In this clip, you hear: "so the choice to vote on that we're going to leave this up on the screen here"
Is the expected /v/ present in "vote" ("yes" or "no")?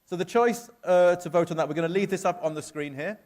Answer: yes